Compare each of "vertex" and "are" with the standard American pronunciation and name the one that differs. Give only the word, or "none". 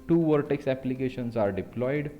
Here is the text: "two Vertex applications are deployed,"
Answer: none